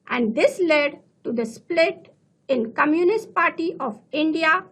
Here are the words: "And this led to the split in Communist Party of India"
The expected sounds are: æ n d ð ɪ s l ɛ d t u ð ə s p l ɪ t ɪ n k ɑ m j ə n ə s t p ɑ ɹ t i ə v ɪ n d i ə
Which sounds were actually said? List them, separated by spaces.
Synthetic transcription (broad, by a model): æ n d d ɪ s l ɛ d t u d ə s p l ɪ t ɪ n k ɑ m j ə n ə s t p ɑ ɹ t i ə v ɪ n d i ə